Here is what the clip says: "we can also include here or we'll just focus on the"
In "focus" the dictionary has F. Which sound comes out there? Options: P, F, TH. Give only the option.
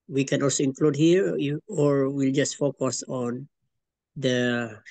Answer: F